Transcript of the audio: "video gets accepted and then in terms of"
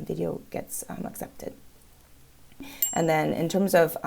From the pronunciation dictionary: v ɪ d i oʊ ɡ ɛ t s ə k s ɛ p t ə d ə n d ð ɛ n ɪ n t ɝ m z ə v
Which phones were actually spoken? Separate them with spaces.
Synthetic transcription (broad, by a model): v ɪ d i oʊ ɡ ɛ t s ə k s ɛ p t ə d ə n ð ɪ n ɪ n t ɝ m z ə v